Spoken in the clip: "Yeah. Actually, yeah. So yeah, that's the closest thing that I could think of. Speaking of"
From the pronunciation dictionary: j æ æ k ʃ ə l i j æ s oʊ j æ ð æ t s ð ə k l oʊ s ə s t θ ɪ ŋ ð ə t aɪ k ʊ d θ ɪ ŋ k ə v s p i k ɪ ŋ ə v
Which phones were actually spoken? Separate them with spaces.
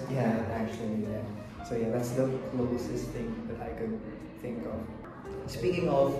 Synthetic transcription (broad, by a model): j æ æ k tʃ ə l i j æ s oʊ j æ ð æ t s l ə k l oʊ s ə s θ ɪ ŋ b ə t aɪ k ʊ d θ ɪ ŋ k ə v s p i k ɪ ŋ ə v